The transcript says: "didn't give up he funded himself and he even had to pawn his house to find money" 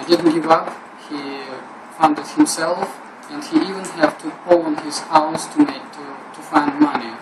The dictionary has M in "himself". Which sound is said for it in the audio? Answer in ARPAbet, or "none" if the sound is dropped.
M